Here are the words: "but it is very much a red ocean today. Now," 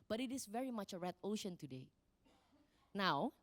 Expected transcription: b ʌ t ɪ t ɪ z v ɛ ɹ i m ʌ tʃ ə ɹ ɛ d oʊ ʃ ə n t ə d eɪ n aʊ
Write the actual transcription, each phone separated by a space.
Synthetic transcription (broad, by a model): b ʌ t ɪ t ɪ s v ɛ ɹ i m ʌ tʃ ə ɹ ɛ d oʊ ʃ ə n t ə d eɪ n aʊ